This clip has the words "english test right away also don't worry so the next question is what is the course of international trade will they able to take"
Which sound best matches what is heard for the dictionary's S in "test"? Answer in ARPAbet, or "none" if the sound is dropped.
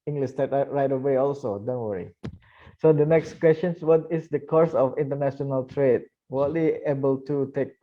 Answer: none